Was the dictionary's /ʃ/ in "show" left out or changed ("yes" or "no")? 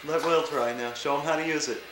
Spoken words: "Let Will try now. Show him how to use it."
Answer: no